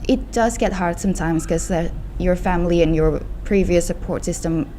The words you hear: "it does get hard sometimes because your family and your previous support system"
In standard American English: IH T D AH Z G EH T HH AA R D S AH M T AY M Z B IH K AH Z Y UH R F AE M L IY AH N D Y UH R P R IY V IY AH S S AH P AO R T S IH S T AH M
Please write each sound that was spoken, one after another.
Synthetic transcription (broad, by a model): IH T D AH Z G EH T HH AA R D S AH M T AY M Z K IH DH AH Y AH R F AE M L IY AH N Y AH R P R IY V IY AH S S AH P AO R T S IH S T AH M